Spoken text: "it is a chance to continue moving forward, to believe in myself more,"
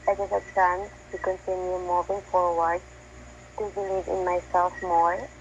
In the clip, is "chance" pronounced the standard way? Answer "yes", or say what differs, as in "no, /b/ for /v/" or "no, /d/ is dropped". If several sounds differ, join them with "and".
no, /s/ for /tʃ/